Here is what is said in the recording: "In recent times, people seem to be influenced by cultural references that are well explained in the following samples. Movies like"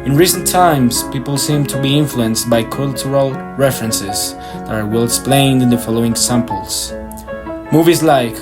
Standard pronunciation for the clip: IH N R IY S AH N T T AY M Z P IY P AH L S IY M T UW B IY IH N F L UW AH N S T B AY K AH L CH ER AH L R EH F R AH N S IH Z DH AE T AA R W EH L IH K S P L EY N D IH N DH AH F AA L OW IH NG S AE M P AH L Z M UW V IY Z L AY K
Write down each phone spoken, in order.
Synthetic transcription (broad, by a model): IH N R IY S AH N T T AY M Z P IY P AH L S IY M T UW B IY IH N F L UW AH N S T B AY K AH L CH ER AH L R EH F R AH N S IH Z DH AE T AA R W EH L IH K S P L EY N D IH N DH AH F AA L OW IH NG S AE M P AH L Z M UW V IY Z L AY K